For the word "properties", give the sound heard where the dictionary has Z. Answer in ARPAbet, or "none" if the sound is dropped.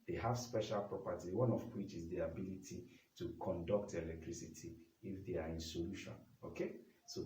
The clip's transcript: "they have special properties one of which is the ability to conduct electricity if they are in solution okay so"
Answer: none